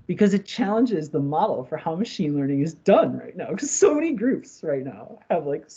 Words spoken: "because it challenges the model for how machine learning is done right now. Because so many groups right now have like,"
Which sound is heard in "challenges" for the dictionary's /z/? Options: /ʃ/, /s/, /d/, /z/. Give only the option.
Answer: /z/